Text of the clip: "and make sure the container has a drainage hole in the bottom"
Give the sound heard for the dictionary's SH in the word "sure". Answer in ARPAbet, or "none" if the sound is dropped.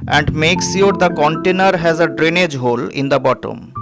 S